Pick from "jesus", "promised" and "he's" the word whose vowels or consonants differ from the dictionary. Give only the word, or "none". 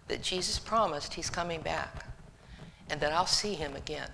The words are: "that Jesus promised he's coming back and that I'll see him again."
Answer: none